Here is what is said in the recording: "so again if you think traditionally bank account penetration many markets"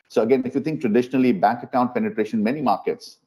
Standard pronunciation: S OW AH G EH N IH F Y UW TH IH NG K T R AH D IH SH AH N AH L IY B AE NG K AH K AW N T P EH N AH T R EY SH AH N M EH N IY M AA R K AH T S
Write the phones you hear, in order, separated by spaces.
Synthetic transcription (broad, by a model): S OW AH G EH N IH F Y UW T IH NG K T R AH D IH SH AH N AH L IY B AE NG K AH K AW N T P EH N AH T R EY SH AH N M EH N IY M AA R K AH T S